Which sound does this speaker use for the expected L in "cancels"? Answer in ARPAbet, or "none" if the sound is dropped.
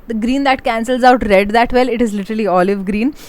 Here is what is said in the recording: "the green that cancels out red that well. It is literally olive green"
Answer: L